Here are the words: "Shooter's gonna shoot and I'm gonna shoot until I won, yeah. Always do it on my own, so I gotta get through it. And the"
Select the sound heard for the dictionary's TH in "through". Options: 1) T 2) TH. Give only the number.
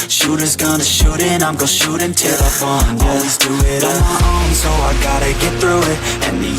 2